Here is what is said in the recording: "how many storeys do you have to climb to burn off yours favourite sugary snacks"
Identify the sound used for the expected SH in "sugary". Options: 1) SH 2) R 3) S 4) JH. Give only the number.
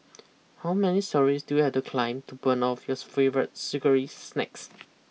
3